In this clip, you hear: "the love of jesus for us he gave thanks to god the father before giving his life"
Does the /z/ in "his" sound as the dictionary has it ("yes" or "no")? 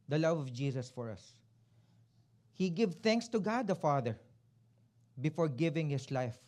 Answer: no